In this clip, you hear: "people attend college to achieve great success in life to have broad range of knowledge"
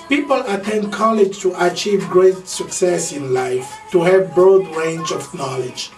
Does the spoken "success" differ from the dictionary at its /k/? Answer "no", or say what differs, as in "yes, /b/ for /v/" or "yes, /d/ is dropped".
no